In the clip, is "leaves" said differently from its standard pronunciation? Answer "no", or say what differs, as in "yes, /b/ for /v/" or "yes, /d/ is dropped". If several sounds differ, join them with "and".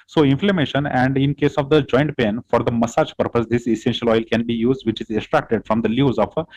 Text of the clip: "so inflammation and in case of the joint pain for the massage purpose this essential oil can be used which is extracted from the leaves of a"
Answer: yes, /v/ is dropped